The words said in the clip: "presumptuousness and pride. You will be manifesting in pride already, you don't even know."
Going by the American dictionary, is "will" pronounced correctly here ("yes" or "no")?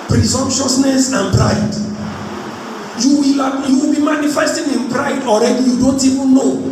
no